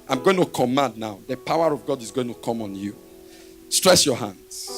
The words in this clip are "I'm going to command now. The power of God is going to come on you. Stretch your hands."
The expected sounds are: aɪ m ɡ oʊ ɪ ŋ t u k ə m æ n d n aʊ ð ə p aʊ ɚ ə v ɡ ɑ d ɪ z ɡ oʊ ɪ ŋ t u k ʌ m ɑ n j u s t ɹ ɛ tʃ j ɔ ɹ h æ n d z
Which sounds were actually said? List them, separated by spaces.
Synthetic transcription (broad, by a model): aɪ m ɡ oʊ ɪ ŋ t u k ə m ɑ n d n aʊ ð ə p aʊ ɚ ə v ɡ ɑ d ɪ z ɡ oʊ ɪ ŋ t u k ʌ m ɑ n j u s t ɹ ɛ s j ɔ h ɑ n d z